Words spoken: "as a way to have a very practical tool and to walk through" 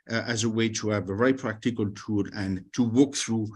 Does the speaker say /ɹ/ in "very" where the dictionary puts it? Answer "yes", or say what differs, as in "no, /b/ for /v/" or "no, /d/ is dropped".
no, /ɹ/ is dropped